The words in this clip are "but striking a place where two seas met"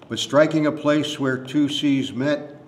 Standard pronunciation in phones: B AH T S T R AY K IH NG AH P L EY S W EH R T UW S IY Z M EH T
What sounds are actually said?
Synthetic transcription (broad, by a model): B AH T S T R AY K IH NG AH P L EY S W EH R T UW S IY Z M EH T